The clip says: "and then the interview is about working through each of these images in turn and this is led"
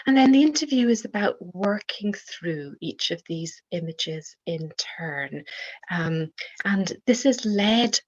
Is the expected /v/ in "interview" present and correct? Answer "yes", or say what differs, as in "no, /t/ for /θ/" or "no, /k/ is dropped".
yes